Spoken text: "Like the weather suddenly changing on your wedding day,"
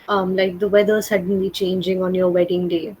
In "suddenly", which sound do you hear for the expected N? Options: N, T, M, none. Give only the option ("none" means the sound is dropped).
N